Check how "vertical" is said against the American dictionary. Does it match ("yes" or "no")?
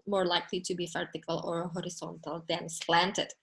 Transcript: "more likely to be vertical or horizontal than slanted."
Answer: no